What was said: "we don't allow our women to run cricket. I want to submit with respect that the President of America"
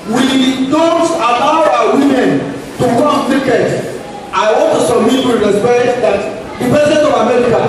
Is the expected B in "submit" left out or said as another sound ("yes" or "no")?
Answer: yes